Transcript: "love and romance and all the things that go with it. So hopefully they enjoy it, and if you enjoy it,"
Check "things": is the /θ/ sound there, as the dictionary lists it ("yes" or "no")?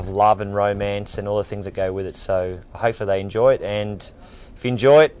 yes